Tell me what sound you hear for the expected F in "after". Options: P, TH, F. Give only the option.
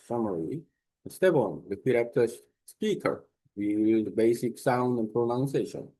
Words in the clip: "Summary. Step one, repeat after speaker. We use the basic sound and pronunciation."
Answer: P